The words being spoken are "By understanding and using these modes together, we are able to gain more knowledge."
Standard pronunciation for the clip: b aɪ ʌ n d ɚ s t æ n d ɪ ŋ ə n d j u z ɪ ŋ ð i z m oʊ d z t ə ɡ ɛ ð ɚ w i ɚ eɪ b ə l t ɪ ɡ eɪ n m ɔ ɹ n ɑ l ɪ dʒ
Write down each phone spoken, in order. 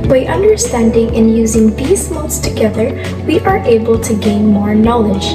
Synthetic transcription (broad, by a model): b aɪ ʌ n d ɚ s t æ n d ɪ ŋ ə n j u z ɪ ŋ ð i z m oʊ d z t ə ɡ ɛ ð ɚ w i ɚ eɪ b ə l t ɪ ɡ eɪ n m ɔ ɹ n ɑ l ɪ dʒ